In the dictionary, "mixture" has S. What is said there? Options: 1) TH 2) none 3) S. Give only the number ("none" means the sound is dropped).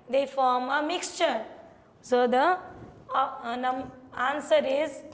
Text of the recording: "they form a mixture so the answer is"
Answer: 3